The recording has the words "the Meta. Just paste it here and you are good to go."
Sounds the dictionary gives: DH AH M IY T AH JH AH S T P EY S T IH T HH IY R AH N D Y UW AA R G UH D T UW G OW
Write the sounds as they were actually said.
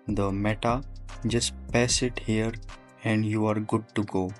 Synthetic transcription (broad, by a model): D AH M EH T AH JH AH S T P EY S IH T HH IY R AH N D Y UW AA R G UH D T UW G OW